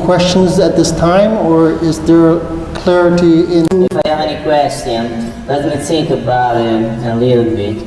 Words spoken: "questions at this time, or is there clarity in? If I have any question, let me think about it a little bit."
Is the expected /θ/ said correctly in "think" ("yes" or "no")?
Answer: no